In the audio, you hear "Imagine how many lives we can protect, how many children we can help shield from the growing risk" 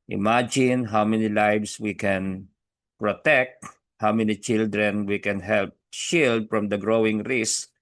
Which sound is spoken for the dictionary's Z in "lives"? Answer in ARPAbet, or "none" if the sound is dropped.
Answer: S